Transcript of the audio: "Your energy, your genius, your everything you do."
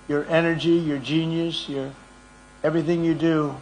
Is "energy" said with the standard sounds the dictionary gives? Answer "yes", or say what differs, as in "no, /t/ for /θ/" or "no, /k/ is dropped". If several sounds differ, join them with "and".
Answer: yes